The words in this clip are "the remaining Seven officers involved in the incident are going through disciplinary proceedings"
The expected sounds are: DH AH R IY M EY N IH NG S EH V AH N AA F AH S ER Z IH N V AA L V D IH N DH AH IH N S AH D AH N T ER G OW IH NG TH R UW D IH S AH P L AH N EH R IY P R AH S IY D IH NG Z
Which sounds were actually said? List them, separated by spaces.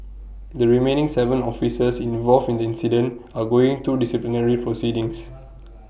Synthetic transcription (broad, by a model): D AH R IY M EY N IH NG S EH V AH N AA F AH S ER S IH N V AA L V IH N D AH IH N S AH D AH N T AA G OW IH NG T UW D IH S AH P L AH N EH R IY P R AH S IY D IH NG S